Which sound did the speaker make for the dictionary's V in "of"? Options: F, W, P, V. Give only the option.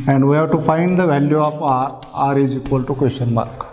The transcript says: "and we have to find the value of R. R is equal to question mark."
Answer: P